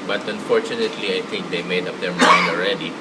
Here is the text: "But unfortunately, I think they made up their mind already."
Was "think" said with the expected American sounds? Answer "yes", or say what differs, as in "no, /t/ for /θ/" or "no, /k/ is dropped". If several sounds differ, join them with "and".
no, /t/ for /θ/